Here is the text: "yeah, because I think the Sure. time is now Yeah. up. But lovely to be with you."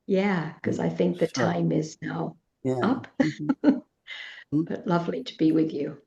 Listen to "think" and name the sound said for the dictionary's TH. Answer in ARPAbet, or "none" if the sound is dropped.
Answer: TH